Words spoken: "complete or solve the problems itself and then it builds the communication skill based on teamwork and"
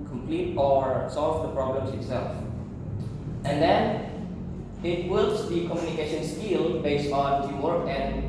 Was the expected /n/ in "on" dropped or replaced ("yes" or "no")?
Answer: no